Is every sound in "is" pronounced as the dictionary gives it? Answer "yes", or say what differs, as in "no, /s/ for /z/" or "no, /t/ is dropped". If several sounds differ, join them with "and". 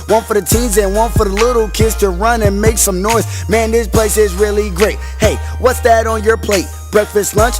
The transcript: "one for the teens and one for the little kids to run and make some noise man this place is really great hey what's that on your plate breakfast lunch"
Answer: yes